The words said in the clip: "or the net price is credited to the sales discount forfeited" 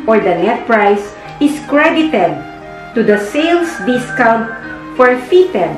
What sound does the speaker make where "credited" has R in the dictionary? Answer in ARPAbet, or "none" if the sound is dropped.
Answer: R